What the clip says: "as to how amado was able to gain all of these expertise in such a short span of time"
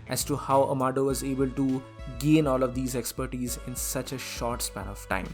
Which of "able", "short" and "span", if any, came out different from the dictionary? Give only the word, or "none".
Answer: none